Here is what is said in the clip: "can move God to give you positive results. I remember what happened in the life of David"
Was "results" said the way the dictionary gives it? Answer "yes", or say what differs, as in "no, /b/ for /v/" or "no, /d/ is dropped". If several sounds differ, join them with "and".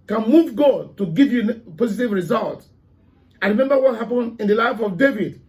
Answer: no, /s/ is dropped